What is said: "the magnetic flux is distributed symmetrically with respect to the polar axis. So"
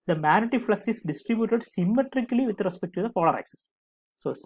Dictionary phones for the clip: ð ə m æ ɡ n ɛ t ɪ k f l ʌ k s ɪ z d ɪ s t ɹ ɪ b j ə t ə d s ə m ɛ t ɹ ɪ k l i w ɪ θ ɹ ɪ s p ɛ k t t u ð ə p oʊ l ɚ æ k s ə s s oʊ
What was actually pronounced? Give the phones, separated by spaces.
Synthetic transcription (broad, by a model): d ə m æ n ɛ t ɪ f l ʌ k s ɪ s d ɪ s t ɹ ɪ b j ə t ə d s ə m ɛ t ɹ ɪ k l i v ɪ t ɹ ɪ s p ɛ k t t u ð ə p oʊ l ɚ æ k s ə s s oʊ